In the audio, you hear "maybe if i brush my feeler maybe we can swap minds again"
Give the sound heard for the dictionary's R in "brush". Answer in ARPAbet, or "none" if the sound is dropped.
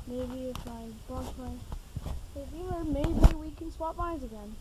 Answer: none